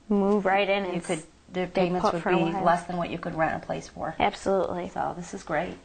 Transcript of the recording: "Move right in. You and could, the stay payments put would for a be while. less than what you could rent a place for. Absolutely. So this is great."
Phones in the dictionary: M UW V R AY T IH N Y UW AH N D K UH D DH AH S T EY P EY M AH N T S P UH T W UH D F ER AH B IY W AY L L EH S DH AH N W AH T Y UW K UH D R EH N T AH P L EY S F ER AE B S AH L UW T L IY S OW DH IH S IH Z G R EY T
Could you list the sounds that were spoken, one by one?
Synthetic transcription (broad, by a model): M UW V R AY T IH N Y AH K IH D DH AH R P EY M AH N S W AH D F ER AH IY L L EH S DH AH N W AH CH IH K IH D R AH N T AH P L EY S F ER AE B S AH L UW T L IY S OW DH IH S IH Z G R EY T